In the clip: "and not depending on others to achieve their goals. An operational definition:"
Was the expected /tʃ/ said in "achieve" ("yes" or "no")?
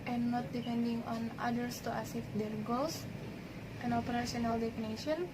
no